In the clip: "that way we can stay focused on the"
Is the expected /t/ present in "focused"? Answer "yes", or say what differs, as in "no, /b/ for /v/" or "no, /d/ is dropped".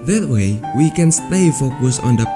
no, /t/ is dropped